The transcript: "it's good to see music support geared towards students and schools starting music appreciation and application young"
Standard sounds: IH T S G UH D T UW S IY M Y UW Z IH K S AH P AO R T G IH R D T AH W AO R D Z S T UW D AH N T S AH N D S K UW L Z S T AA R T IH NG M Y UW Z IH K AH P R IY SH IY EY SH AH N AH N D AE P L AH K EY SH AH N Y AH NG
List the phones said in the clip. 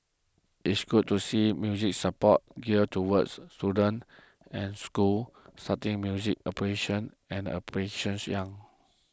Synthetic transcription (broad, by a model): IH T S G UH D T UW S IY M Y UW Z IH K S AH P AO T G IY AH T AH W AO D S T UW D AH N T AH N S K UW L S T AA T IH NG M Y UW Z IH K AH P AH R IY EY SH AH N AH N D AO P AH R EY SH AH N Y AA NG